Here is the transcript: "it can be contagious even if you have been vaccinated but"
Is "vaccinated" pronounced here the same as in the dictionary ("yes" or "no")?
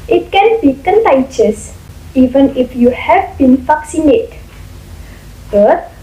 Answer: no